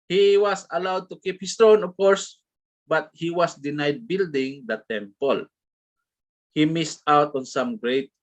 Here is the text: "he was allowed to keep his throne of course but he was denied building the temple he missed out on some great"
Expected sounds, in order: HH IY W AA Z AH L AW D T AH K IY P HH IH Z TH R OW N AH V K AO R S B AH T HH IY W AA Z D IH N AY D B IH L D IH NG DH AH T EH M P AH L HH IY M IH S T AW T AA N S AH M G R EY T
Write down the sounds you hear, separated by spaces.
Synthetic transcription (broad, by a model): HH IY W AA S AH L AW D T AH K IY P HH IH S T R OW N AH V K AO R S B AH T HH IY W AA S D IH N AY D B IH L D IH NG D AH T EH M P AH L HH IY M IH S T AW T AA N S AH M G R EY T